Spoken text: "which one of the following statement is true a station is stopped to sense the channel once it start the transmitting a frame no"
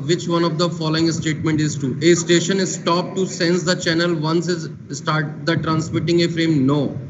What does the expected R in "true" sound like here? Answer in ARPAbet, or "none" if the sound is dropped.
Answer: none